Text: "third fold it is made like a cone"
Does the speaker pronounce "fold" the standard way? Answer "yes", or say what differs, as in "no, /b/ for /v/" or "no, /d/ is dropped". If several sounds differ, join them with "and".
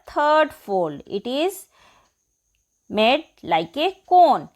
no, /d/ is dropped